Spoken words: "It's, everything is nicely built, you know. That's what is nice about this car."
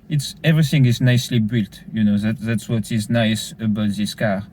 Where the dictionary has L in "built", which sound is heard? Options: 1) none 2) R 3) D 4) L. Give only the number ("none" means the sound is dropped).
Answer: 4